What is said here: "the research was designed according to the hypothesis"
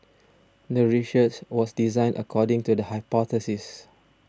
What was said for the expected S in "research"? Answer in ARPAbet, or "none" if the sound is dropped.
SH